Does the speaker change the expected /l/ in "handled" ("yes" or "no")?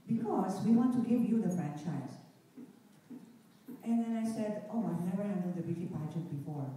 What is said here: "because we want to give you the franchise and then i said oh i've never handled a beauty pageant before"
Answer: yes